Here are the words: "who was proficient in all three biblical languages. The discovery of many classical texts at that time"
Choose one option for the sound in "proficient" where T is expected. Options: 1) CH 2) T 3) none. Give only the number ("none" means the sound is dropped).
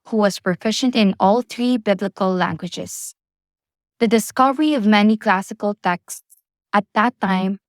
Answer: 2